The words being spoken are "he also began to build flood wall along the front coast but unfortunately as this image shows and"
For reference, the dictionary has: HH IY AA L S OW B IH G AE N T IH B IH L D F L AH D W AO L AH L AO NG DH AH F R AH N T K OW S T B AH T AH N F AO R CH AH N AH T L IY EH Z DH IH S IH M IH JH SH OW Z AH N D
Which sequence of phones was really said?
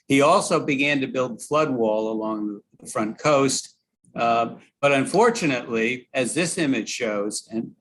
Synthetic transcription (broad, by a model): HH IY AA L S OW B IH G AE N T IH B IH L D F L AH D W AO L AH L AO NG DH AH F R AH N K OW S T B AH T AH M F AO R CH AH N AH T L IY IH Z DH IH S IH M IH JH SH OW Z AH N